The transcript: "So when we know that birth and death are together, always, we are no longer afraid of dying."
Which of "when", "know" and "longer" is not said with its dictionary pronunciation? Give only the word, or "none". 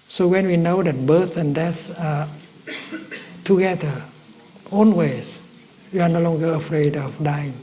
none